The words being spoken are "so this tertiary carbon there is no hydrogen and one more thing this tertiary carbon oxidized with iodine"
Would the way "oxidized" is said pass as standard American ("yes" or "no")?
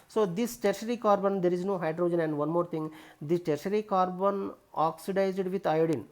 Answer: yes